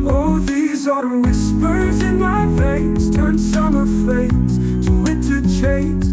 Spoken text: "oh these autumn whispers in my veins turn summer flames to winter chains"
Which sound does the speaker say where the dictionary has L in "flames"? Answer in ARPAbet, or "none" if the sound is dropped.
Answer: none